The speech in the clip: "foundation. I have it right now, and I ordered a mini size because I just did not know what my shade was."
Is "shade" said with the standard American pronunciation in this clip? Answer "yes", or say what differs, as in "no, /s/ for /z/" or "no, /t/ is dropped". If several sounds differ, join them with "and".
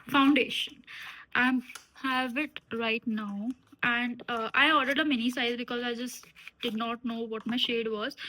yes